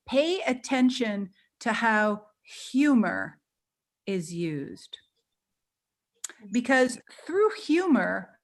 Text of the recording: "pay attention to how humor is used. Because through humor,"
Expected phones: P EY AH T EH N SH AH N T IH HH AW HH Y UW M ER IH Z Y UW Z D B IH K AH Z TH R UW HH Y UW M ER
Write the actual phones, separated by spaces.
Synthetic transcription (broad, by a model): P EY AH T EH N SH AH N T IH HH AW HH Y UW M ER IH Z Y UW Z D B IH K AH Z TH R UW HH Y UW M ER